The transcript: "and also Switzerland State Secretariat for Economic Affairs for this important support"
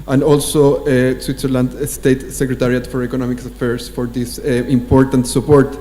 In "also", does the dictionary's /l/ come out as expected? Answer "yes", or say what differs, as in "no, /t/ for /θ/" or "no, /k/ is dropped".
yes